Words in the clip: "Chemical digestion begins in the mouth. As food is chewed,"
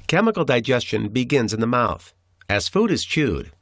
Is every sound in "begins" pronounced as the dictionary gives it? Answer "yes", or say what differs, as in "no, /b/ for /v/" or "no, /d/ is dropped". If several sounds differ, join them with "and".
yes